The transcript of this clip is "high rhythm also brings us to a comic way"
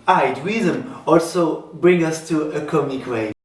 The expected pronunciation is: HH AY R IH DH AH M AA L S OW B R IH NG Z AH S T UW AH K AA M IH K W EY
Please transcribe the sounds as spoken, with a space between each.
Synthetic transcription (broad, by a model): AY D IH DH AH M AA L S OW B R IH NG AH S T UW AH K AA M IH K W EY